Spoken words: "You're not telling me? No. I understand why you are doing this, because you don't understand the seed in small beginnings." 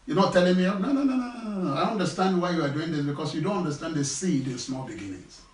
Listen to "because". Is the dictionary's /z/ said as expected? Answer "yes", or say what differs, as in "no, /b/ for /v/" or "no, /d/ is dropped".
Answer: no, /s/ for /z/